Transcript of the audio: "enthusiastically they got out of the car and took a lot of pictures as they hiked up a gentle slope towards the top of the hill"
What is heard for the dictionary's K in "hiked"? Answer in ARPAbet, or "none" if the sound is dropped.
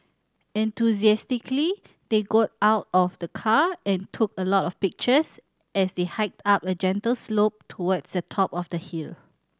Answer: K